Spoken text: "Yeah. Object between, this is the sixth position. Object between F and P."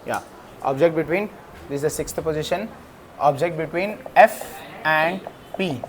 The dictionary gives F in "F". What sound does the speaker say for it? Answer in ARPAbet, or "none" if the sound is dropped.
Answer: F